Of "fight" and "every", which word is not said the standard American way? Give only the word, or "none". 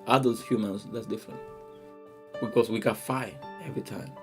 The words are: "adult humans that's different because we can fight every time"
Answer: fight